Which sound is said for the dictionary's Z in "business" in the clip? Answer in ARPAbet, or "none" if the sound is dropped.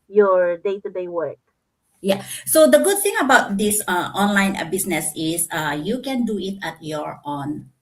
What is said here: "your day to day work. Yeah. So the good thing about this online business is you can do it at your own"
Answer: S